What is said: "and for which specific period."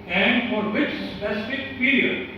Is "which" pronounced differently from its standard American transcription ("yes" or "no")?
yes